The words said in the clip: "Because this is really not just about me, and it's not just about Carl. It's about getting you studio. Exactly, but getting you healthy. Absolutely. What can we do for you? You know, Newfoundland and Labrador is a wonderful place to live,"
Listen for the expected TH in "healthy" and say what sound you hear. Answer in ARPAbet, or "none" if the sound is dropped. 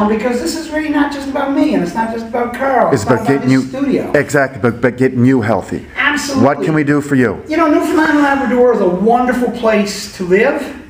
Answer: TH